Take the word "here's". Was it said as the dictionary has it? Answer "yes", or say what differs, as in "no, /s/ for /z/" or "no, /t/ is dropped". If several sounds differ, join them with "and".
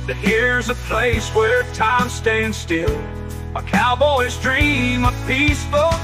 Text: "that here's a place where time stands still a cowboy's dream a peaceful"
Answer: yes